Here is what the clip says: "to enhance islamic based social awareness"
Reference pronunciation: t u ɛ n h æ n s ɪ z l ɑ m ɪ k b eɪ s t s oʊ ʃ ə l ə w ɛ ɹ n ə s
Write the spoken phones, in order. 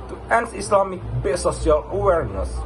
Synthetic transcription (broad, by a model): t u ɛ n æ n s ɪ s l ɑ m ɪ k b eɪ s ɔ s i ə l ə w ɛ ɹ n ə s